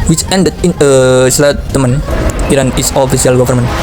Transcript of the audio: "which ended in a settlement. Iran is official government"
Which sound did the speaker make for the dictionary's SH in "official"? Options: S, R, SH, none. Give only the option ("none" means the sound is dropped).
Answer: S